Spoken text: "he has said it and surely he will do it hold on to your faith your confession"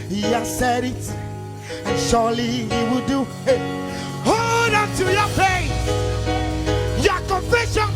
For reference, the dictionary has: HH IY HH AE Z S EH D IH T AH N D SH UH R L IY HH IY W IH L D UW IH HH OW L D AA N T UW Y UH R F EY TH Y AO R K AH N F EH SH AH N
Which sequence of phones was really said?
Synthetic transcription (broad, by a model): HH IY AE S EH D IH T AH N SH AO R L IY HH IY W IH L D UW IH HH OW D AA N T UW Y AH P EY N Y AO K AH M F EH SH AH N